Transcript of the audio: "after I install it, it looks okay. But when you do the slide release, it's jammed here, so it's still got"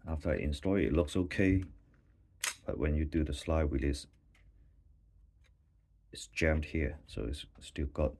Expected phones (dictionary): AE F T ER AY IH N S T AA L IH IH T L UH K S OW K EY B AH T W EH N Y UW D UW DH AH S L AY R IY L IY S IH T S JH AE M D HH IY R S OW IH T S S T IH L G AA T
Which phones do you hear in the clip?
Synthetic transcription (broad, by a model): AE F T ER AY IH N S T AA IH IH T L UH K S OW K EY B AH T W EH N Y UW D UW DH AH S L AY W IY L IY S IH T S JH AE M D HH IY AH S OW IH T S S T IH L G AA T